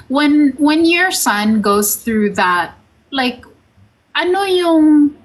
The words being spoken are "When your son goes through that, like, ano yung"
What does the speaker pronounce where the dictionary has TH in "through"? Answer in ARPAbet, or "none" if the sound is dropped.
TH